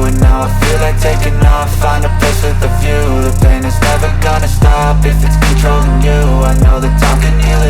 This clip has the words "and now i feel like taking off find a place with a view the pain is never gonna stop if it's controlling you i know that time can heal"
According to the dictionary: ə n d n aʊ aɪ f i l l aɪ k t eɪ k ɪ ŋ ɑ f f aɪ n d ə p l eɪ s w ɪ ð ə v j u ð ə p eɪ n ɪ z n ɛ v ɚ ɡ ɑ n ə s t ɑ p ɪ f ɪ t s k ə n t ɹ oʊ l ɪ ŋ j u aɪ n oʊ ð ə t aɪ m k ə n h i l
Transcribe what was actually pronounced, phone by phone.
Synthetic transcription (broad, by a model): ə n n aʊ aɪ f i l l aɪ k t eɪ k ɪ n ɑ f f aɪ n ə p ɪ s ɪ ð ə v j u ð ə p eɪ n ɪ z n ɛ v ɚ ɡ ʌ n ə s t ɑ p ɪ f ɪ t s k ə n t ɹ oʊ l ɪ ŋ j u aɪ n oʊ ð ə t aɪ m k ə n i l